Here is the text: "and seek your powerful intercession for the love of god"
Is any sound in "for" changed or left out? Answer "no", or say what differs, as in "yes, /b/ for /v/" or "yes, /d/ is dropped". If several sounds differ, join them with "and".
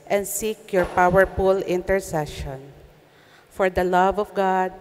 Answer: no